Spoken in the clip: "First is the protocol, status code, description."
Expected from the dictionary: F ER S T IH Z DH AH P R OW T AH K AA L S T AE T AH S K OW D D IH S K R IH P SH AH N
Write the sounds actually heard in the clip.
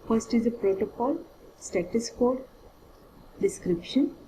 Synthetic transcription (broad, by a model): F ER S T IH Z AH P R OW T AH K AA L S T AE T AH S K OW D D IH S K R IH P SH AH N